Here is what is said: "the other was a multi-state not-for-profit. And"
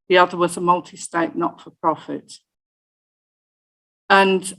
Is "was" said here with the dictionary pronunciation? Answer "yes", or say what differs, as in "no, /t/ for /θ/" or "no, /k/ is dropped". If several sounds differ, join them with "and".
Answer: yes